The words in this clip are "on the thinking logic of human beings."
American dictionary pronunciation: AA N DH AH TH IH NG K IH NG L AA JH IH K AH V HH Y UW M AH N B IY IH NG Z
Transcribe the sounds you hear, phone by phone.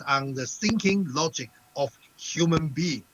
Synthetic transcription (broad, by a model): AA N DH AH S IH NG K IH NG L AA JH IH K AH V HH Y UW M AH N B IY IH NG